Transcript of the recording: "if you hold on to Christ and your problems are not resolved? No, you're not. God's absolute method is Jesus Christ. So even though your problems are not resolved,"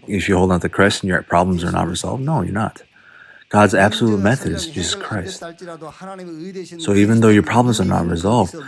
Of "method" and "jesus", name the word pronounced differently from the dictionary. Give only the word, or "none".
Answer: none